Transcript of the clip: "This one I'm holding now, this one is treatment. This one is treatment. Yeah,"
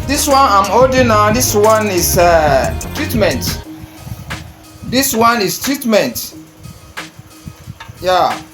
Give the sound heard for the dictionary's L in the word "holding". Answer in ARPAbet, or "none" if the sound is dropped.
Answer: none